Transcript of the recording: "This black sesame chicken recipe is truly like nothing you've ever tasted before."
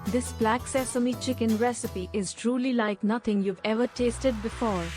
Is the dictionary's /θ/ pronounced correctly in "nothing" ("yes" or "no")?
no